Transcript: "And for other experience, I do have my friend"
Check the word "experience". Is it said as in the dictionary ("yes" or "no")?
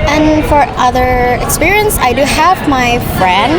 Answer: yes